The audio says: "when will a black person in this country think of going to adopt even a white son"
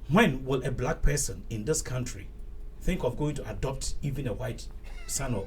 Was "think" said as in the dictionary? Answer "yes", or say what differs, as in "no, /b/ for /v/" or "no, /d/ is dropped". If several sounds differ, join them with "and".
yes